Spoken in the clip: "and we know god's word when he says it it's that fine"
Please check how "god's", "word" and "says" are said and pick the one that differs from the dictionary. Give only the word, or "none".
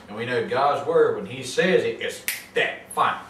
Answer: none